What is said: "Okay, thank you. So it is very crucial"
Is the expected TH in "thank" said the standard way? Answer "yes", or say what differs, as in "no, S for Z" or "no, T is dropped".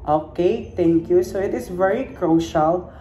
no, T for TH